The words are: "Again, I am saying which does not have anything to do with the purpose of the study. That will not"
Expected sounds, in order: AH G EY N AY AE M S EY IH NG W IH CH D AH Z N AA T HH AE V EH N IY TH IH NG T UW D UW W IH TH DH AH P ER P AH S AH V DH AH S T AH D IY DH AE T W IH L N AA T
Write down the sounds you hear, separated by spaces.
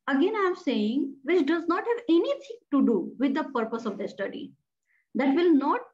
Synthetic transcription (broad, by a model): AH G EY N AY M S EY IH NG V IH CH D AH Z N AA T HH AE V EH N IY T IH NG T UW D UW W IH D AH P ER P AH S AH V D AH S T AH D IY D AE T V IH L N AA T